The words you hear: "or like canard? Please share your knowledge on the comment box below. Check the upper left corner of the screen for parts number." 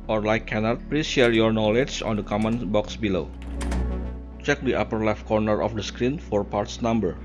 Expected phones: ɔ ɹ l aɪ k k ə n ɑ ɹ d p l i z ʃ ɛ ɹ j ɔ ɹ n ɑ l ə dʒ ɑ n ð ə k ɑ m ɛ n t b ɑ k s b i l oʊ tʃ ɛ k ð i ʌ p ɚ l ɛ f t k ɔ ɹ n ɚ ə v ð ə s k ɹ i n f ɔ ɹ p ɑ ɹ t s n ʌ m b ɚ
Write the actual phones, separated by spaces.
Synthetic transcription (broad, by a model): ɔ ɹ l aɪ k k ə n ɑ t p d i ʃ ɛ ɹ j ɔ ɹ n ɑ l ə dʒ ɑ n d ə k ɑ m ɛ n b ɑ k s b i l oʊ tʃ ɛ k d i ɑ p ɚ l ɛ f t k ɔ ɹ n ɚ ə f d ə s k ɹ i n f ɔ ɹ p ɑ ɹ t s n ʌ m b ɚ